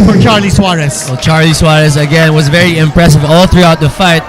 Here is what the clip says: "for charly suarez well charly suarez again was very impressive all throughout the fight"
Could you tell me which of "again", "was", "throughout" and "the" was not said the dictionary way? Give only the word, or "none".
none